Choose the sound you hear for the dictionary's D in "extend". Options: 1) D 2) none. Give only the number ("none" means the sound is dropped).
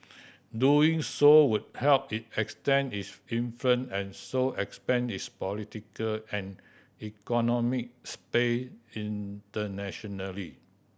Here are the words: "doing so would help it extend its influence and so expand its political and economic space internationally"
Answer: 2